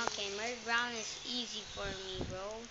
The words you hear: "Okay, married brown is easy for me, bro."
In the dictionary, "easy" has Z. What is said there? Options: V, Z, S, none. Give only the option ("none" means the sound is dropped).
Z